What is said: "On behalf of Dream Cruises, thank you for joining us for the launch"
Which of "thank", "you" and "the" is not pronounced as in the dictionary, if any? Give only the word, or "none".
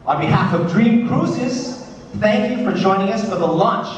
none